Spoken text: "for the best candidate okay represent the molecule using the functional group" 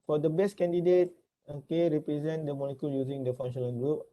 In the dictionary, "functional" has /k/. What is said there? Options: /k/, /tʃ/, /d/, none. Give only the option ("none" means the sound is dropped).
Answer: none